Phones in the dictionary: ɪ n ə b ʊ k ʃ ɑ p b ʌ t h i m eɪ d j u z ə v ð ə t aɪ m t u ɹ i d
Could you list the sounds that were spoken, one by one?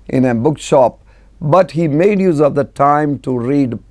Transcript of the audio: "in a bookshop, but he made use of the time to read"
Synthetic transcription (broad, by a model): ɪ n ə b ʊ k ʃ ɑ p b ʌ t h i m eɪ d j u z ə v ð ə t aɪ m t u ɹ i d